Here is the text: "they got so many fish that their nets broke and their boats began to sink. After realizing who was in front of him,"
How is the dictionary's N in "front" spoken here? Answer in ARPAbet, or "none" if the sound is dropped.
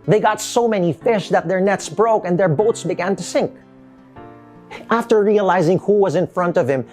N